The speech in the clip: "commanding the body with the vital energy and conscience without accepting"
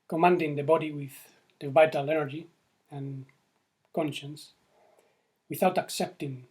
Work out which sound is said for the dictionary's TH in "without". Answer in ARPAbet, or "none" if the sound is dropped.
TH